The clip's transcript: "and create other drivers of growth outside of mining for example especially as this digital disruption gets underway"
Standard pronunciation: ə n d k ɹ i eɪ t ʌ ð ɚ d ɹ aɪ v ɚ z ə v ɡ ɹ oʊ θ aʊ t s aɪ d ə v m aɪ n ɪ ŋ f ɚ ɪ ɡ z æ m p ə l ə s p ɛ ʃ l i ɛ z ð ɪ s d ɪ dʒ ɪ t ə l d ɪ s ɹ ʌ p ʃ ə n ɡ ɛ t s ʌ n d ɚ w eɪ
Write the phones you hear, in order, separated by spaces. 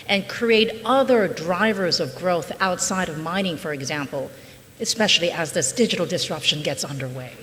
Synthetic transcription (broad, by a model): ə n k ɹ i eɪ t ʌ ð ɚ d ɹ aɪ v ɚ z ə v ɡ ɹ oʊ θ aʊ t s aɪ d ə v m aɪ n ɪ ŋ f ɚ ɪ ɡ z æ m p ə l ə s p ɛ ʃ l i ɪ z ð ɪ s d ɪ dʒ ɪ t l d ɪ s ɹ ʌ p ʃ ə n ɡ ɛ t s ʌ n d ɚ w eɪ